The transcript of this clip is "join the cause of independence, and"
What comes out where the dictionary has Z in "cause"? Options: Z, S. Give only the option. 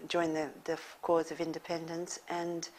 Z